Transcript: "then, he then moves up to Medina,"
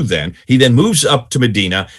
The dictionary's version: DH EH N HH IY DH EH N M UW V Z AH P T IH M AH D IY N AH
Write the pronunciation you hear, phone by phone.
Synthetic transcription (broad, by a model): DH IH N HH IY DH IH N M UW V Z AH P T IH M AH D IY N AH